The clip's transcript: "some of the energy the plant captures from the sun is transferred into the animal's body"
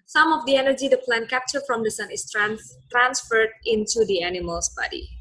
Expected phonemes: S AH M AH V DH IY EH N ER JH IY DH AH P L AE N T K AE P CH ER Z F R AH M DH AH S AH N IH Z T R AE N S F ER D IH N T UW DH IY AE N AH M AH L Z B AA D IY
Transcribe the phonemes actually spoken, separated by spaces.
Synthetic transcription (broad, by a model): S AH M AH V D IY EH N ER JH IY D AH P L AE N K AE P CH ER F R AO M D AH S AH N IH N T R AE N S F ER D IH N T UW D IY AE N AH M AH L S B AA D IY